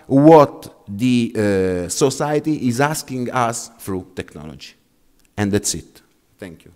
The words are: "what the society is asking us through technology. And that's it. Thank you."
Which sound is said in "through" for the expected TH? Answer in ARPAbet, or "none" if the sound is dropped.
F